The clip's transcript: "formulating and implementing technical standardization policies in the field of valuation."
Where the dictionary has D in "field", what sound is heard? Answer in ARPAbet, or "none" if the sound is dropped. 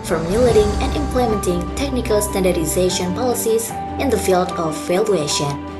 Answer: D